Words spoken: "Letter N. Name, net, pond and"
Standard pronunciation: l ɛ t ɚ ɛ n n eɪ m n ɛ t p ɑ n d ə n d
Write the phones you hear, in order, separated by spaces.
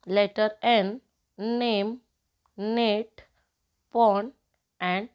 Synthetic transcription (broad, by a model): l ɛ t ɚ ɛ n n eɪ m n ɛ t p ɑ n ə n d